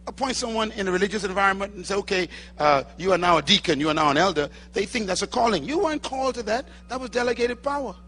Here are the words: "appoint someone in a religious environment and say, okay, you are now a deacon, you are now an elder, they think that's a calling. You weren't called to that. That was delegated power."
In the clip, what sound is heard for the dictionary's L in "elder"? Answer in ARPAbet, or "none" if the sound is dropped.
L